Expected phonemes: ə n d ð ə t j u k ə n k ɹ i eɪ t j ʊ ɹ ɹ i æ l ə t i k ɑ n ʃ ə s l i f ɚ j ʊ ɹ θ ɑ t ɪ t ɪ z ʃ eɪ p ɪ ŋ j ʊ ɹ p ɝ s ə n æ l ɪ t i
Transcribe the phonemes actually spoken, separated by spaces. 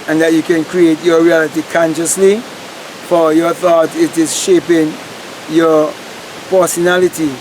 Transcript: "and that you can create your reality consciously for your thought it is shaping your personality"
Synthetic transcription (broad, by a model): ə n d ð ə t j u k ə n k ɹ i eɪ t j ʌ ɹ ɹ i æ l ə t i k ɑ n ʃ ə s l i f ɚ j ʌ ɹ θ ɑ t ɪ t ɪ z ʃ eɪ p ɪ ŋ j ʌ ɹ p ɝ s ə n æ l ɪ t i